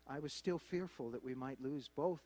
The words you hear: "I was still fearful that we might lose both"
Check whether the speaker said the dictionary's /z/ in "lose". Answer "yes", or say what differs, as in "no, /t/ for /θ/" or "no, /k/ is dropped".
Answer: yes